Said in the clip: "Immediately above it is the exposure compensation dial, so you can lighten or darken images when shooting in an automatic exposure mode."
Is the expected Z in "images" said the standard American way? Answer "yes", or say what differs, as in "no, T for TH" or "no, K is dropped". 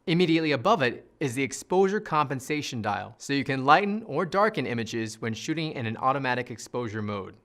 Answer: yes